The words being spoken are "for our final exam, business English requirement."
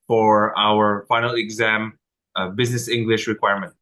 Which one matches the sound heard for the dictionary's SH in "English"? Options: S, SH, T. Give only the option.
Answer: SH